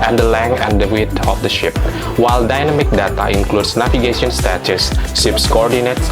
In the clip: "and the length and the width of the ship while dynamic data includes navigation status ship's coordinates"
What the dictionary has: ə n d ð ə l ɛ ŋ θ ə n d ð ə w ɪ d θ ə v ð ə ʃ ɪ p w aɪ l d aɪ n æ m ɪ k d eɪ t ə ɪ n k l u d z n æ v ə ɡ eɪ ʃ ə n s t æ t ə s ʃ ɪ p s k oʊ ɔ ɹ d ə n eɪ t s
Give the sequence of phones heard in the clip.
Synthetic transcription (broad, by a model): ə n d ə l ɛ ŋ ə n d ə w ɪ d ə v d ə ʃ ɪ p w aɪ l d aɪ n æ m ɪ k d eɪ t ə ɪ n k l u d s n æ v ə ɡ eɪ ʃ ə n s t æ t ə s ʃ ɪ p s k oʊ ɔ ɹ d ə n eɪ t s